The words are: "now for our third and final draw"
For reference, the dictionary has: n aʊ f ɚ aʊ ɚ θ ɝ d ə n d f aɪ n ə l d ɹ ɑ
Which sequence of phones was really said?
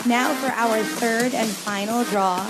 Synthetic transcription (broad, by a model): n aʊ f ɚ aʊ ɚ θ ɝ d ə n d f aɪ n l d ɹ ɑ